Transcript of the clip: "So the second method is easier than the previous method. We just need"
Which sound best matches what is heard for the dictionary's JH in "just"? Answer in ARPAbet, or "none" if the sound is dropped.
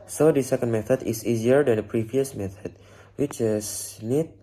CH